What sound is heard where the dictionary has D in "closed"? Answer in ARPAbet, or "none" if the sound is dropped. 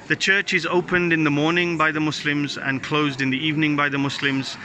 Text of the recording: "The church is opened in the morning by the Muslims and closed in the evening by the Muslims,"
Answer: D